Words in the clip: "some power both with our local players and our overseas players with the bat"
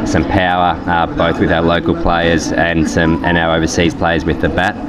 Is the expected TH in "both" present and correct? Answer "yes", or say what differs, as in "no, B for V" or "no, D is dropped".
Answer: yes